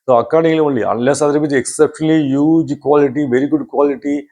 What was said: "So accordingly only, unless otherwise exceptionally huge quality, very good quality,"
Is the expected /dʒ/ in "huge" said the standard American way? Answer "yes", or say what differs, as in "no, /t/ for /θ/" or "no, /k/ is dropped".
yes